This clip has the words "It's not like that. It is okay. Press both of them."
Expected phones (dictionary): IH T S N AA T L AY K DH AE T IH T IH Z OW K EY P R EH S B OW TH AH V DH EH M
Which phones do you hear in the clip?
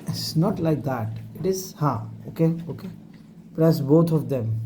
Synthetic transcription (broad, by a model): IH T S N AA T L AY K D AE T IH T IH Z OW K EY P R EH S B OW T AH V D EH M